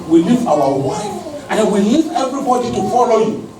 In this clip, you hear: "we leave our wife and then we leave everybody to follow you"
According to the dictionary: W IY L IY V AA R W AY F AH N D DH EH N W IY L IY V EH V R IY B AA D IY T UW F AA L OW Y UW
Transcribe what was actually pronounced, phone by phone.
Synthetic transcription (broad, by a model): W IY L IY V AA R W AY AH N D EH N W IY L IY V EH V R IY B AA D IY T UW F AA L OW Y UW